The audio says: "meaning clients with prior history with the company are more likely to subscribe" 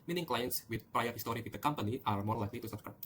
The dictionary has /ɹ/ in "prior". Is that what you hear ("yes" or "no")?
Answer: yes